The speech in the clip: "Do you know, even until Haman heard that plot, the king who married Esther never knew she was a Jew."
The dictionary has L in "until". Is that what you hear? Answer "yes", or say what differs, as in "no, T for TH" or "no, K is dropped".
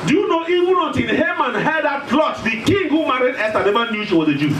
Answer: no, N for L